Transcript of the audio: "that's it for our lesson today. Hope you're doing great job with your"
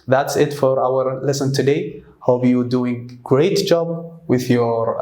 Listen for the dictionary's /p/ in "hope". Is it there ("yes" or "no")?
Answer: no